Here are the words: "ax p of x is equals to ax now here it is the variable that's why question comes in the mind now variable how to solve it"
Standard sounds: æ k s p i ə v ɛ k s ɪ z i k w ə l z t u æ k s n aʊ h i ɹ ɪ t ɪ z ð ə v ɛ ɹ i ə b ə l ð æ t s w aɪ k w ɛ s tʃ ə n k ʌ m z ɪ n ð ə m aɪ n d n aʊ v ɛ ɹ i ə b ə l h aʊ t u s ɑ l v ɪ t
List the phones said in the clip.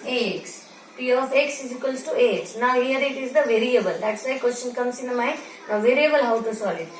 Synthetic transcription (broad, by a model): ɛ k s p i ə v ɛ k s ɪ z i k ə l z t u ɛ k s n aʊ h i ɹ ɪ t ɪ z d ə v ɛ ɹ i ə b ə l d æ t s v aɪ k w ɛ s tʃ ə n k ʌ m s ɪ n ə m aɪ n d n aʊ v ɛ ɹ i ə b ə l h aʊ t u s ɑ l ɪ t